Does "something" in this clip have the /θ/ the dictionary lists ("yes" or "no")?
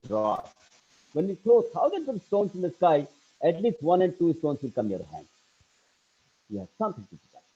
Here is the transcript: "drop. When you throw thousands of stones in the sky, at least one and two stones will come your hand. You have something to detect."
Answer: no